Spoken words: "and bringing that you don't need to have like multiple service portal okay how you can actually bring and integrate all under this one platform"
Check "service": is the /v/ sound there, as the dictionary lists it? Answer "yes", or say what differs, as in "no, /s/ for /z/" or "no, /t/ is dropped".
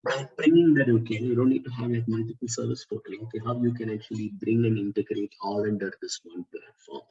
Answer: yes